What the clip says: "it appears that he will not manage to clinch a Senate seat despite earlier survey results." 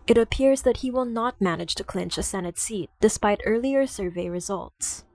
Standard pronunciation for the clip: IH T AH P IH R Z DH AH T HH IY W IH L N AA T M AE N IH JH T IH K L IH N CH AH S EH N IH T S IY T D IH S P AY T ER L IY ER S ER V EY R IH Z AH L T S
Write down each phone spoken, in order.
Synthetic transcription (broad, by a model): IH T AH P IH R Z DH AH T HH IY W IH L N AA T M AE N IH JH T IH K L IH N CH AH S EH N IH T S IY T D IH S P AY T ER L IY ER S ER V EY R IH Z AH L T S